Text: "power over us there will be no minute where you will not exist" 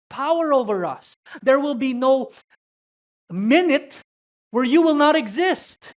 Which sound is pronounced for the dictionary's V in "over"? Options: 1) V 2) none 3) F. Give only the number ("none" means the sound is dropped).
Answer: 1